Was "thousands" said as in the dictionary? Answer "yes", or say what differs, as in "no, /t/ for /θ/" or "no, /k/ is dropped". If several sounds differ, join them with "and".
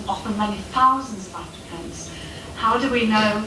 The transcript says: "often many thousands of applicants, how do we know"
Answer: yes